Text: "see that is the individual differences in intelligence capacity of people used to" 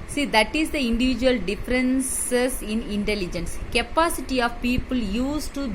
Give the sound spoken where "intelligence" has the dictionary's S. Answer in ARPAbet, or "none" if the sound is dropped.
S